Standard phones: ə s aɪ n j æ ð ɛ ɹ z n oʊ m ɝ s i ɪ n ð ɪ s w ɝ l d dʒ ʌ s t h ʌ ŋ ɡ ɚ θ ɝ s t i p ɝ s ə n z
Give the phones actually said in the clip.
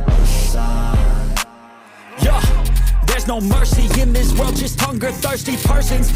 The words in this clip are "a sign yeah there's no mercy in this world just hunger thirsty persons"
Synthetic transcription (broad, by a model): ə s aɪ j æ ð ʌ ɹ z n oʊ m ɝ s i ɪ n ð ɪ s w ɝ l d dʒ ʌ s t h ʌ ŋ ɡ ɚ θ ɝ s t i p ɝ s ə n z